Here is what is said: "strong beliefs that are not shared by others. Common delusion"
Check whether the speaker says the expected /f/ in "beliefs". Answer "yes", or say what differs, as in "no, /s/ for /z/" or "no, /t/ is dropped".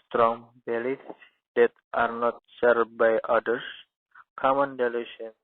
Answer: no, /f/ is dropped